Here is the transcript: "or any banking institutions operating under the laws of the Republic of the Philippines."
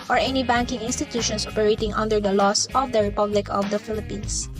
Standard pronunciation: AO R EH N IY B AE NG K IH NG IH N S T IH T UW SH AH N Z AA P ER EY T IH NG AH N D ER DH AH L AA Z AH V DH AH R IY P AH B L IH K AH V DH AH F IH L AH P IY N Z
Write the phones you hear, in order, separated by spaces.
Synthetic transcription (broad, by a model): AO R EH N IY B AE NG K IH NG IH N S T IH T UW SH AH N S AA P ER EY T IH NG AH N D ER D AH L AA S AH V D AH R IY P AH B L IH K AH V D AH F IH L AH P IY N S